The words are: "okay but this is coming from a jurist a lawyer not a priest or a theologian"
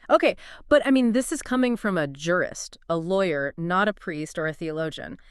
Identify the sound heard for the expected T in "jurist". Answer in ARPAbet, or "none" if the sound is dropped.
T